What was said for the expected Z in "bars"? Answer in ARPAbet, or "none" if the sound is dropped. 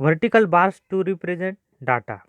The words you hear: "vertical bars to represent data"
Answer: S